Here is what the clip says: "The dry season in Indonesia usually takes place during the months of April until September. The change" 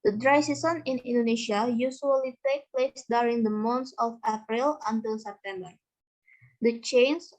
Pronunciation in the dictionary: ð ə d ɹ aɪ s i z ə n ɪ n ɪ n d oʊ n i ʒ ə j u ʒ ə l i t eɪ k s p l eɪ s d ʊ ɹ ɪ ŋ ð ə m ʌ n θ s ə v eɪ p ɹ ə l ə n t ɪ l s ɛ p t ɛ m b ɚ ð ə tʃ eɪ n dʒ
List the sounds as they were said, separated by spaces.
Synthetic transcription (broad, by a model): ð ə d ɹ aɪ s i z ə n ɪ n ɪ n d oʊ n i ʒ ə j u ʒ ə l i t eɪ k p l eɪ s d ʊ ɹ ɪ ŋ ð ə m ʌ n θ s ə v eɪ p ɹ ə l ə n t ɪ l s ɛ p t ɛ m b ɚ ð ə tʃ eɪ n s